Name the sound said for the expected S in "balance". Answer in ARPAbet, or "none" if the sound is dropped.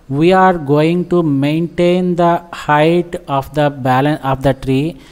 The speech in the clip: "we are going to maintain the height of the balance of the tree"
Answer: none